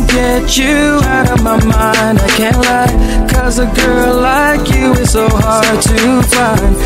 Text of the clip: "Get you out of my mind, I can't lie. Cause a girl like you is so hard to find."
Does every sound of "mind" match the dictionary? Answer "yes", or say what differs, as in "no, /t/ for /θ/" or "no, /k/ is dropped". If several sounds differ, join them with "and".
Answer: yes